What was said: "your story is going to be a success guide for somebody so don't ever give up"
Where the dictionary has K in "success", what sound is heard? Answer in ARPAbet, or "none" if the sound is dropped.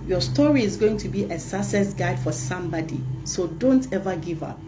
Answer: none